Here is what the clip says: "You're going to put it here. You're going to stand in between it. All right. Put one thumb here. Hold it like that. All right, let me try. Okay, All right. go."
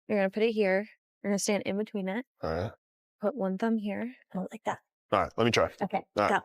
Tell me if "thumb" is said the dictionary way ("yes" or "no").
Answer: yes